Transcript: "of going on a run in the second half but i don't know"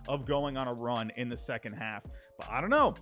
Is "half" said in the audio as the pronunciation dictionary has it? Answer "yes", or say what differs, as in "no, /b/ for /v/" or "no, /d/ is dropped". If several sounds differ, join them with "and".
yes